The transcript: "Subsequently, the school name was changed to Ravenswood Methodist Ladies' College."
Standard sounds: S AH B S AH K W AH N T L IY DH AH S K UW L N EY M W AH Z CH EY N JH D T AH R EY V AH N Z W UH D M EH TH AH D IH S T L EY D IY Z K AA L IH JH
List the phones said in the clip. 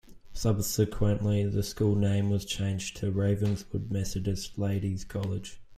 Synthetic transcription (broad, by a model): S AH B S AH K W AH N T L IY DH AH S K UW L N EY M W AH Z CH EY N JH T AH R EY V AH N Z W UH D M EH S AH D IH S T L EY D IY Z K AA L IH JH